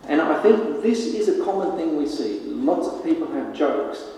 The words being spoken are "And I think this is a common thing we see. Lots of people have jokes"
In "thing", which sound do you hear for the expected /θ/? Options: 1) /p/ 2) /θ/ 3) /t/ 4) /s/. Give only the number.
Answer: 2